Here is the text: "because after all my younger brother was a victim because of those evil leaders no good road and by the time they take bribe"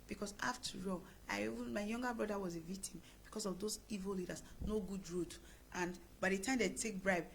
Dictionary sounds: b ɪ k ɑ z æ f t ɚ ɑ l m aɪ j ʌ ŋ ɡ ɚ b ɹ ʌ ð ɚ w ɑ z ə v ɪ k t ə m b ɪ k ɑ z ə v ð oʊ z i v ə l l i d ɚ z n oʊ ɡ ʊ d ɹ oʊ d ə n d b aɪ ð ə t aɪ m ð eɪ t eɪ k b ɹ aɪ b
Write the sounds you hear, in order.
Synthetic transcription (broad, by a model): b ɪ k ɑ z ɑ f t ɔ ɑ n m aɪ j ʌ ŋ ɡ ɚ b ɹ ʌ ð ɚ w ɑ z ə v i k t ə m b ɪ k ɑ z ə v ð oʊ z i v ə l l i d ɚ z n oʊ ɡ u d ɹ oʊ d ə n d b aɪ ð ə t aɪ m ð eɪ t eɪ k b ɹ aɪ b